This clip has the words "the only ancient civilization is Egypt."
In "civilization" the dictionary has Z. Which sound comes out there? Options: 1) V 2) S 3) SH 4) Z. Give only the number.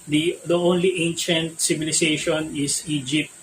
2